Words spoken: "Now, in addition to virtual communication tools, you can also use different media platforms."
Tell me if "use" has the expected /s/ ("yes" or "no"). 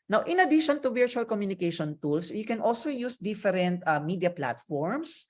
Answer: yes